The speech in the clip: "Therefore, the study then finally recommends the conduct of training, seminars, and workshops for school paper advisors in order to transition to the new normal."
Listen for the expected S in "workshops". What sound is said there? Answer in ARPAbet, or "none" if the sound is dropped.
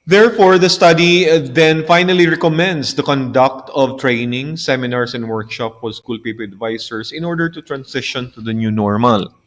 none